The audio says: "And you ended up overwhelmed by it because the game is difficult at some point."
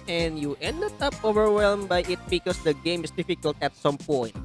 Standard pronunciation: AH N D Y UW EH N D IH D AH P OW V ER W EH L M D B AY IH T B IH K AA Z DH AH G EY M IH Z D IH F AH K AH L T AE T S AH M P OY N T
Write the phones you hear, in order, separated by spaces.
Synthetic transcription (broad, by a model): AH N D Y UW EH N D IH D AH P OW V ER W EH L M B AY IH T B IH K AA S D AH G EY M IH S D IH F AH K AH L T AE T S AH M P OY N T